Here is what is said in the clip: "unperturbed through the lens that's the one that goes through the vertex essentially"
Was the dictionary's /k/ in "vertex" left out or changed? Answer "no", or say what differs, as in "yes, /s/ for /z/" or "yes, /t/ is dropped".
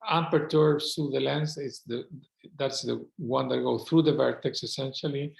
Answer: no